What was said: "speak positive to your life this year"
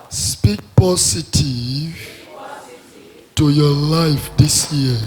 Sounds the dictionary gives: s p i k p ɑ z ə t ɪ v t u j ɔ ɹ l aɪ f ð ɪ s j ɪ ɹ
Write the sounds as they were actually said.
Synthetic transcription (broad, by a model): s p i k p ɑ s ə t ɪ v t u j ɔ l aɪ f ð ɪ s j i